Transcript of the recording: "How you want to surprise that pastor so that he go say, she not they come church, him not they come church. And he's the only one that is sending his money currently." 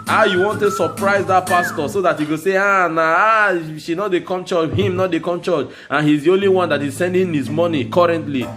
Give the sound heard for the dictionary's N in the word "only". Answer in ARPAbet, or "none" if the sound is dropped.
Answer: N